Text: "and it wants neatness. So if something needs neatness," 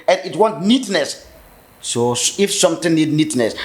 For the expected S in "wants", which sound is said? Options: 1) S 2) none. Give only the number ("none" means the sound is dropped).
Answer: 2